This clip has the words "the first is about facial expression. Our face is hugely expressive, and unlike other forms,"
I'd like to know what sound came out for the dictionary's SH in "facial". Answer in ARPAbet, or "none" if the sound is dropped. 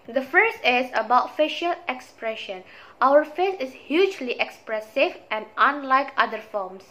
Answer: SH